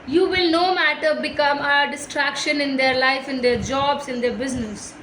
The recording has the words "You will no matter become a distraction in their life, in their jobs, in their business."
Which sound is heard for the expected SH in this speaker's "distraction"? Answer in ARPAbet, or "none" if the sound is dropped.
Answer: SH